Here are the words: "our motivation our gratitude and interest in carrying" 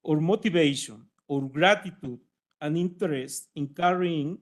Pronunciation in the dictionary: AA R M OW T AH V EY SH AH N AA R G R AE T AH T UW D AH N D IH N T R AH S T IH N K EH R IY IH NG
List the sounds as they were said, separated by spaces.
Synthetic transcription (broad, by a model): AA R M OW T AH B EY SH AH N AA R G R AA T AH T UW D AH N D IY N T R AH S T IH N K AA R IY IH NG